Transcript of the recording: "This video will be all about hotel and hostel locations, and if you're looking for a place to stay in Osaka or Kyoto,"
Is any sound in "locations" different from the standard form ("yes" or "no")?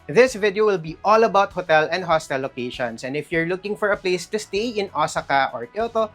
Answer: yes